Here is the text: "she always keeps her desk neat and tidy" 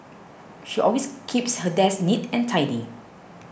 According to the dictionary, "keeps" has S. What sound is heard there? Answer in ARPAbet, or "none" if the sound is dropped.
S